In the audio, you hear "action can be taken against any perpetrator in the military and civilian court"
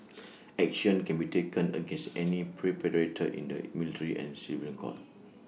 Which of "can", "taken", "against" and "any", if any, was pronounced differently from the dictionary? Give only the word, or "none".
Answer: none